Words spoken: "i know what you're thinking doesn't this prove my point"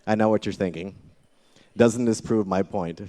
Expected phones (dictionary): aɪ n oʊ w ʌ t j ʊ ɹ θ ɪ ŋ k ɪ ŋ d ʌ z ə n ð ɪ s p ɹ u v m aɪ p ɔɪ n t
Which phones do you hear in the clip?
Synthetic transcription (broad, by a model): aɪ n oʊ w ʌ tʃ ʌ ɹ θ ɪ ŋ k ɪ ŋ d ʌ z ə n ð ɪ s p ɹ u v m aɪ p ɔɪ n t